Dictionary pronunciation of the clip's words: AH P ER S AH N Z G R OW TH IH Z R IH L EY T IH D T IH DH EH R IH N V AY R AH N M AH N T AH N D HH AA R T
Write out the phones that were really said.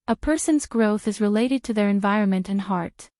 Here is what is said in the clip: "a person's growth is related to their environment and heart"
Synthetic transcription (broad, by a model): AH P ER S AH N Z G R OW TH IH Z R IH L EY T IH D T IH DH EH R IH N V AY R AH N M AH N T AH N HH AA R T